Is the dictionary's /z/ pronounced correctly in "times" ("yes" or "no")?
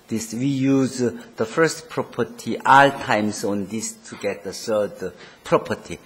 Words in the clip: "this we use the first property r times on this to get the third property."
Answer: no